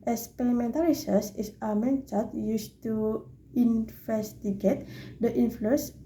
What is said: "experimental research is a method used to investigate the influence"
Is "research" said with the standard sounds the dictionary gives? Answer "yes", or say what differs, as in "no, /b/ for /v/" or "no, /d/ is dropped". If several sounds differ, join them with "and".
no, /s/ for /tʃ/